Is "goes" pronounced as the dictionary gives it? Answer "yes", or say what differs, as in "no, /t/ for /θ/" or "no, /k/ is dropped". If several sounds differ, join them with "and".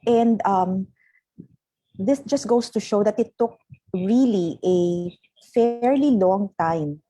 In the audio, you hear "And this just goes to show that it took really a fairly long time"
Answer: no, /s/ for /z/